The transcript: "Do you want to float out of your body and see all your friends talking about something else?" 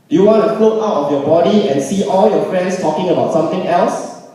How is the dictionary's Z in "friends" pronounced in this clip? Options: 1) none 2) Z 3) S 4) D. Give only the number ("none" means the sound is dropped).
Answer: 3